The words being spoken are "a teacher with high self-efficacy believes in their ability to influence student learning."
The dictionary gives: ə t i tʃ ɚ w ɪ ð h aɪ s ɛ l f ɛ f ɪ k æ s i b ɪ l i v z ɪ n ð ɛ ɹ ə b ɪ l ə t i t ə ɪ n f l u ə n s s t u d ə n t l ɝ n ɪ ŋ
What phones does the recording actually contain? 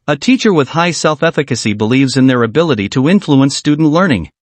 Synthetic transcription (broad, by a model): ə t i tʃ ɚ w ɪ ð h aɪ s ɛ l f ɛ f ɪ k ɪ s i b ɪ l i v z ɪ n ð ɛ ɹ ə b ɪ l ə t i t ə ɪ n f l u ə n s s t u d n t l ɝ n ɪ ŋ